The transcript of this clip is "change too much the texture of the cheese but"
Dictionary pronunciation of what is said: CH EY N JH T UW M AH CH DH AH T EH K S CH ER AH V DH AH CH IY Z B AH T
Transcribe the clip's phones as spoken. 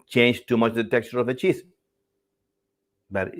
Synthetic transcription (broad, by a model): CH EY N JH T UW M AH CH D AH T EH K CH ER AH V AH CH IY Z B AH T